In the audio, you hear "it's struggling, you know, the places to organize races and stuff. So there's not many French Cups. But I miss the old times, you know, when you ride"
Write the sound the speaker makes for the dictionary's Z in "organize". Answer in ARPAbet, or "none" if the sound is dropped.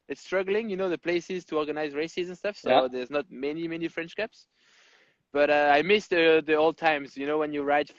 Z